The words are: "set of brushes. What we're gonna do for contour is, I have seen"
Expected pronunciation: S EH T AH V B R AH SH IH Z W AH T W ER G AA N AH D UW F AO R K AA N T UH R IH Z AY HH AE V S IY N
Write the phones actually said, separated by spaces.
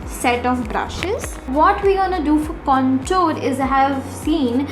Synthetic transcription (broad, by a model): S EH T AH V B R AH SH IH Z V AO T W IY G AA N AH D UW F AO R K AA N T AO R IH Z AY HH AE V S IY N